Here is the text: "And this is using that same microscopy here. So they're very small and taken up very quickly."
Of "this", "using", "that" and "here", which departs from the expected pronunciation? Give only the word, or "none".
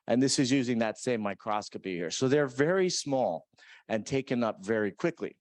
none